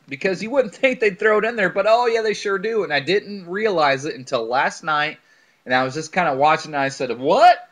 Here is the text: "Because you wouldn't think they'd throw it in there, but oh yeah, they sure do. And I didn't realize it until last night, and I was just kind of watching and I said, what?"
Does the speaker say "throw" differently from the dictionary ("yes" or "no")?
no